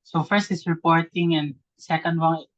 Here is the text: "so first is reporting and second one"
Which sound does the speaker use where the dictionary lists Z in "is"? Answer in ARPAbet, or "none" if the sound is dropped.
S